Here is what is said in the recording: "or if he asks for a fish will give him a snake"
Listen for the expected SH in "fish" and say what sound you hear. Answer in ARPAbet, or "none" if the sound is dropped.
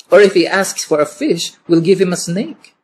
SH